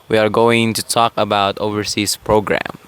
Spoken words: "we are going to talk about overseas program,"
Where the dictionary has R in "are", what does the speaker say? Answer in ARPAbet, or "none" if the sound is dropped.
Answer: R